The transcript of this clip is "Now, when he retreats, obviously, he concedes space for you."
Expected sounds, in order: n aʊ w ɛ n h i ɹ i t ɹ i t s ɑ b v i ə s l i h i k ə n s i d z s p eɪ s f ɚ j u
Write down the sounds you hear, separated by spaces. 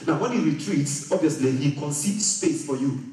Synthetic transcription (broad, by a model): n aʊ w ɛ n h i ɹ i t ɹ i t s ɑ b v i ə s l i h i k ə n s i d s p eɪ s f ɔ j u